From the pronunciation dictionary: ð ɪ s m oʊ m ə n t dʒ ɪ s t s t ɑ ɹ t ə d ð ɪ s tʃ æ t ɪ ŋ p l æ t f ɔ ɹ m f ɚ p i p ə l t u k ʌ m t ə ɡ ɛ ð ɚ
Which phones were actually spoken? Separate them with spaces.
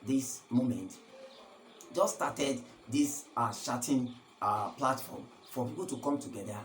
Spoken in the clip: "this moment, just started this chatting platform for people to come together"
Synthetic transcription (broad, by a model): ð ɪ s m oʊ m ə n t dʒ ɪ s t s t ɑ t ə d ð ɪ s ʃ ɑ t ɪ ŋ p l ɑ t f ɔ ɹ m f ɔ p i p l t u k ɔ m t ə ɡ ɛ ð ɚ